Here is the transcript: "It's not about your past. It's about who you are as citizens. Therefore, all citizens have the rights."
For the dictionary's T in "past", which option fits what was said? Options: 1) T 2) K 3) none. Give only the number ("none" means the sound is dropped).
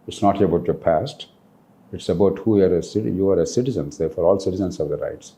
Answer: 1